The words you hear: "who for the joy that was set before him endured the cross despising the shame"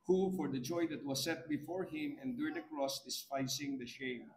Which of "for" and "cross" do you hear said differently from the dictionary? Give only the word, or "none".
none